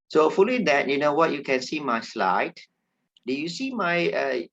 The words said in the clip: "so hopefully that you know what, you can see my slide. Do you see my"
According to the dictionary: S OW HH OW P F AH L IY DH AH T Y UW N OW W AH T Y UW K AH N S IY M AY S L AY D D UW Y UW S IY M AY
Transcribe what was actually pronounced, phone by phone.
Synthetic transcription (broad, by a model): S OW OW F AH L IY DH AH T Y UW N OW W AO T Y UW K AH N S IY M AY S L AY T D UW Y UW S IY M AY